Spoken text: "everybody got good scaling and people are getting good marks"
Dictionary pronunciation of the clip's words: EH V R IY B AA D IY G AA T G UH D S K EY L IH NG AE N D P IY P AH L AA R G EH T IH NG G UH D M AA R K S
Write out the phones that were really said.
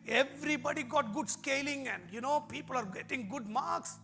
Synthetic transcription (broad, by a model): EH V R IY B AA D IY G AA T G UH D S K EY L IH NG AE N D P IY P AH L AA R G EH T IH NG G UH D M AA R K S